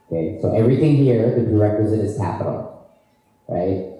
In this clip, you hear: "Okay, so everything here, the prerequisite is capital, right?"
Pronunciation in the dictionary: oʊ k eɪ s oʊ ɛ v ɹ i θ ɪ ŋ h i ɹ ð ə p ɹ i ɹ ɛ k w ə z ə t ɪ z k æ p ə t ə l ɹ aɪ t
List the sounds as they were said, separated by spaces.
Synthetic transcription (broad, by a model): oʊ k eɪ s oʊ ɛ v ɹ i θ ɪ ŋ h i ɹ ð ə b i ɹ ɛ k w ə z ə t ɪ z k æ p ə t l ɹ aɪ t